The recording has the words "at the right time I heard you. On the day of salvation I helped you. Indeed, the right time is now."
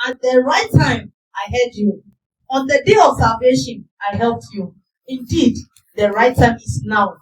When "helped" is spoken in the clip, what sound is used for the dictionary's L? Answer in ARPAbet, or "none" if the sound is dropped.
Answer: L